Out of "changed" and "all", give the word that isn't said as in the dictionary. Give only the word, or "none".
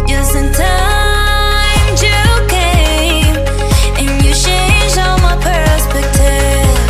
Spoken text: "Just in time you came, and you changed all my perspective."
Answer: changed